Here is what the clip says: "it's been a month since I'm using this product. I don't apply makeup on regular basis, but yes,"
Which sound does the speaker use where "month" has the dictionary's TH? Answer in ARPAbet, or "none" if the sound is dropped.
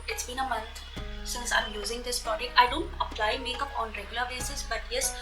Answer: T